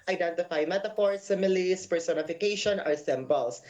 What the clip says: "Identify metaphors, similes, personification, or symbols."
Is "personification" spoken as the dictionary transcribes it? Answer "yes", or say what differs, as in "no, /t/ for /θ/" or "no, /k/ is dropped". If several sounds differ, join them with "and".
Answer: yes